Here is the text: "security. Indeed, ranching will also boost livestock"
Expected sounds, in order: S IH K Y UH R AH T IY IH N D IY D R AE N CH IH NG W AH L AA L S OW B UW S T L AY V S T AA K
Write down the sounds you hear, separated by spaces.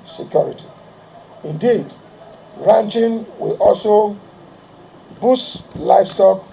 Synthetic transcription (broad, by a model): S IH K Y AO R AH T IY IH N D IY D R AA N CH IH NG W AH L AA L S OW B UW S L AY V S T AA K